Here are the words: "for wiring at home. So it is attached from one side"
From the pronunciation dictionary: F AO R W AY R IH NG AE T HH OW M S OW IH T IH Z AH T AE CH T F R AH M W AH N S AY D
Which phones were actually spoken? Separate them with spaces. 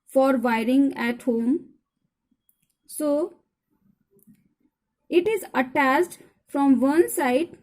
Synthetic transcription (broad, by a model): F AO R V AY R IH NG AE T HH OW M S OW IH T IH Z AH T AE S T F R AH M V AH N S AY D